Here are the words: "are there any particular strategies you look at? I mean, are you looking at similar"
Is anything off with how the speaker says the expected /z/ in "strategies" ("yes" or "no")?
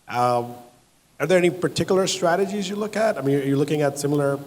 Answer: no